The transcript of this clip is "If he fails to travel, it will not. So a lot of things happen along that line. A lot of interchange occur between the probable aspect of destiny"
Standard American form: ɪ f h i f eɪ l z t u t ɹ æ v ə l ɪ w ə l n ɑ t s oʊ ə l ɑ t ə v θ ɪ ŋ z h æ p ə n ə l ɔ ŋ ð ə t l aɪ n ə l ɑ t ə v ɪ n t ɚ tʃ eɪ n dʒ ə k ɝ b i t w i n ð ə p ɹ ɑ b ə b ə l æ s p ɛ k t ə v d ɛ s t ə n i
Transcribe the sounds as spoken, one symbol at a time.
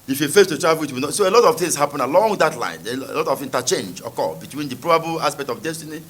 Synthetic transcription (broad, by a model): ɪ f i f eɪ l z t u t ɹ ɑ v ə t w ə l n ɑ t s oʊ ə l ɑ t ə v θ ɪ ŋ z h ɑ p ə n ə l ɔ ŋ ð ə t l aɪ n ə l ɑ t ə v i n t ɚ tʃ eɪ n dʒ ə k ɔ b i t w i n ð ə p ɹ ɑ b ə b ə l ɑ s p ɛ k t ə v d ɛ s t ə n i